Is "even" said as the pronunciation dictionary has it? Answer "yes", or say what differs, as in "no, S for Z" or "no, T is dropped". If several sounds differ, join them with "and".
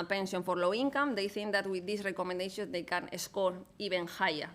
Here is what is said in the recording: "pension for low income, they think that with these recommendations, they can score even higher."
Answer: no, B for V